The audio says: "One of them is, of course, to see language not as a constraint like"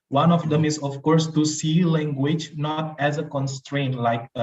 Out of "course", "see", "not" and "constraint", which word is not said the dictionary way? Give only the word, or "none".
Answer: none